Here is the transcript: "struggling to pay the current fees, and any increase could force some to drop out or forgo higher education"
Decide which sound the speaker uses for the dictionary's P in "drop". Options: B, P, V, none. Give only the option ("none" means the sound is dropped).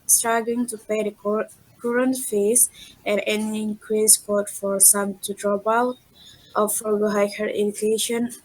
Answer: B